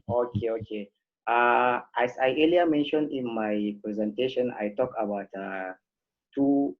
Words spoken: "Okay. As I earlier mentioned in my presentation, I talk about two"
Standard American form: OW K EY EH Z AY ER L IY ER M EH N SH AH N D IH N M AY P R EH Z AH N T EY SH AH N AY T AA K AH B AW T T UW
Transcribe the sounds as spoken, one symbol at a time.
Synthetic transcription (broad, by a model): OW K EY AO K AY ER L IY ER M EH N SH AH N D IH N M AY P R EH Z AH N T EY SH AH N AY T AA K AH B AW T T UW